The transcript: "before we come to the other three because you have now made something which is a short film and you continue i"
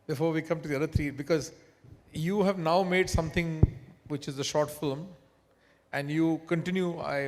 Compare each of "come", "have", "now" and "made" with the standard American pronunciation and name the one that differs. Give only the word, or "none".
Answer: none